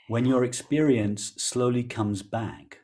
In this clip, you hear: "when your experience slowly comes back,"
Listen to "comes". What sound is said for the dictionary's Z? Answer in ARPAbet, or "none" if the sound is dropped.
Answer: Z